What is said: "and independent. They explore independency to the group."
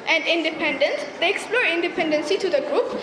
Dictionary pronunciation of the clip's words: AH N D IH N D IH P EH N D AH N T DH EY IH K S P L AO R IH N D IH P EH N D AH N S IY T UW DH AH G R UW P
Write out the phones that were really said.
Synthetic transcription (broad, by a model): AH N D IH N D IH P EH N D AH N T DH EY IH K S P L AO R IH N D IH P EH N D AH N S IY T UW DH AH G R UW P